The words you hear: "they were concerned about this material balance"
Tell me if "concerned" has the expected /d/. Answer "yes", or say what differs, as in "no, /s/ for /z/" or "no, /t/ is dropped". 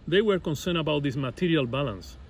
no, /d/ is dropped